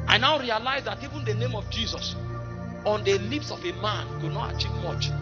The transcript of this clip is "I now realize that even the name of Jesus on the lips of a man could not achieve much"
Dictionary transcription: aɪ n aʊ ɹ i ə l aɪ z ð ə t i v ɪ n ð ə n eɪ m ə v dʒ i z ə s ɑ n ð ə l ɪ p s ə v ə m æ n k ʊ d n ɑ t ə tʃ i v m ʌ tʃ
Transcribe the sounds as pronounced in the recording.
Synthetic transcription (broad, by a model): aɪ n aʊ ɹ i ə l aɪ z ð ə t i v ɪ n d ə n eɪ m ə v dʒ i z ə s ɑ n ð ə l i p s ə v ə m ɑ n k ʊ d n ɑ t ə tʃ i v m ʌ tʃ